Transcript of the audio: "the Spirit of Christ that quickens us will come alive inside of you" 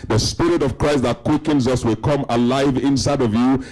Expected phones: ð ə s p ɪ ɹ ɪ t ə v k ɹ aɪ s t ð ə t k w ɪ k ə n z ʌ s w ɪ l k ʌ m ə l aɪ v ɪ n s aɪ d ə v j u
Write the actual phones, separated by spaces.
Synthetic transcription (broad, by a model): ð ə s p ɪ ɹ ɪ t ə v k ɹ aɪ s t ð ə t k w ɪ k ə n z ʌ s w ɪ l k ʌ m ə l aɪ v ɪ n s aɪ d ə v j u